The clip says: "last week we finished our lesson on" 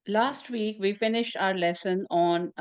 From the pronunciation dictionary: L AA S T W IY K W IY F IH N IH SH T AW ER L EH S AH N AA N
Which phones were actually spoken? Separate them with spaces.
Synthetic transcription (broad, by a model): L AA S T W IY K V IY F IH N IH SH T AW ER L EH S AH N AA N